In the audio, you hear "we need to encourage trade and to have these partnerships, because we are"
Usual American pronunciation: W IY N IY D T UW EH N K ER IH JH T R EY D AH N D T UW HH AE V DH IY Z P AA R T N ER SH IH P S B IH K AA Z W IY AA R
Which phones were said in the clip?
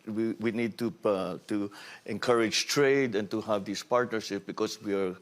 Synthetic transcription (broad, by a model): W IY N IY D T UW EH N K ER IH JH T R EY D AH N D T UW HH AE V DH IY S P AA R T N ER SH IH P B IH K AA S W IY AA R